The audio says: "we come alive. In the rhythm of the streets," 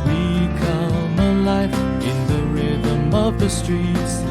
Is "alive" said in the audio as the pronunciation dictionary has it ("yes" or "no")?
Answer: no